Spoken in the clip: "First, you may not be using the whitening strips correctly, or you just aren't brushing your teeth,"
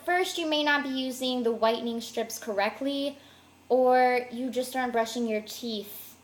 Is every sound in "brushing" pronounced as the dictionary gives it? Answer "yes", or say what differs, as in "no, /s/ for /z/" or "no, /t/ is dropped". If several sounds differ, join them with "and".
yes